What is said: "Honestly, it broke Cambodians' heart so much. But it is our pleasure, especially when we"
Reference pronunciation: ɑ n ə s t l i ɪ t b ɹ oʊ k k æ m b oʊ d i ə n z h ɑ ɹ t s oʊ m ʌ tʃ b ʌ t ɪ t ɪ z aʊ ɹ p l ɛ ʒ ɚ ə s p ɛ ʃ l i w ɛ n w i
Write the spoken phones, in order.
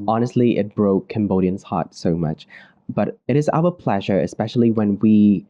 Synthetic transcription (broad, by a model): ɑ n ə s t l i ɪ t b ɹ oʊ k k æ m b oʊ d i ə n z h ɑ t s oʊ m ʌ tʃ b ʌ t ɪ t ɪ z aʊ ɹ p l ɛ ʒ ɚ ə s p ɛ ʃ l i w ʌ n w i